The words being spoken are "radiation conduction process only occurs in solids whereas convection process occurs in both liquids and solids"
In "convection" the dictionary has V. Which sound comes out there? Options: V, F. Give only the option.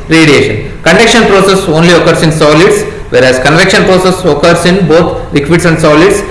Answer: V